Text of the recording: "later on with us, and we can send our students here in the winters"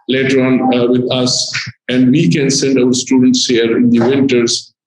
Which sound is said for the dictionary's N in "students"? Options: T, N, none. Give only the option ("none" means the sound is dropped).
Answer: N